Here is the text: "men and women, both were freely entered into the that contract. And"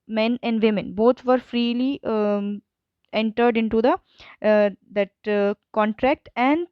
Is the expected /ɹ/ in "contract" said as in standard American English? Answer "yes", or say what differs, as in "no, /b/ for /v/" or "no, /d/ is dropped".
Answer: yes